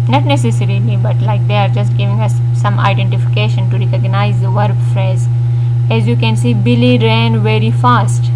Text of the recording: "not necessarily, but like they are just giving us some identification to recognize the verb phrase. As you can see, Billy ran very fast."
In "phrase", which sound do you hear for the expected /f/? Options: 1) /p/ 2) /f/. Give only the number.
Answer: 2